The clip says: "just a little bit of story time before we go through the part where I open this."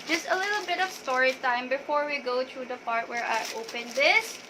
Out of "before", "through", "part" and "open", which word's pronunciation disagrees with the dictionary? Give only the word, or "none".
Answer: through